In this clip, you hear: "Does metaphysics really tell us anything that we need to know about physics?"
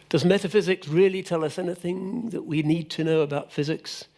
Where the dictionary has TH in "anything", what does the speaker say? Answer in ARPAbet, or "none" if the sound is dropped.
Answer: TH